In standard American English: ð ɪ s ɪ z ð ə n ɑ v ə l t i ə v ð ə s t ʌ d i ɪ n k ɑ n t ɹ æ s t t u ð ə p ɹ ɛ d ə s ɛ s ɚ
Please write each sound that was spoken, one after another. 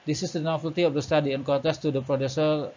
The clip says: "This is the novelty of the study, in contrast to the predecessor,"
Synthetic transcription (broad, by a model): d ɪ s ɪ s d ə n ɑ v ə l t i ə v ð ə s t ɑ d i ɪ n k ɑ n t æ s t t u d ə p ɹ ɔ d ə s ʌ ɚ